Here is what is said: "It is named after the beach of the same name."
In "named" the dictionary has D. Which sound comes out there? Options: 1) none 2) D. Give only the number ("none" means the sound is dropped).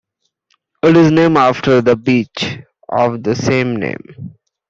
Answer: 1